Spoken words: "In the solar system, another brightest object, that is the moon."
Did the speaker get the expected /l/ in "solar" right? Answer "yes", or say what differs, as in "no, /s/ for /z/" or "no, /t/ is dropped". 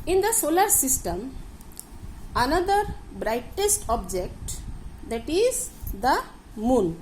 yes